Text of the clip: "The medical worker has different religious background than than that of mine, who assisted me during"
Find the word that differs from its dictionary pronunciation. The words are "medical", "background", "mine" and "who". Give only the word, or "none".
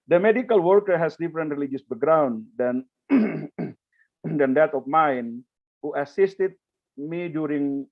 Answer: background